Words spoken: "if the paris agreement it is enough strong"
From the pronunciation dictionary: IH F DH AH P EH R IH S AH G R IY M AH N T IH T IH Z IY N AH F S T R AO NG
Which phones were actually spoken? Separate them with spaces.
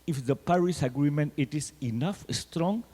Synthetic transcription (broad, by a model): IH F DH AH P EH R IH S AH G R IY M AH N T IH T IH S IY N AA F S T R AO NG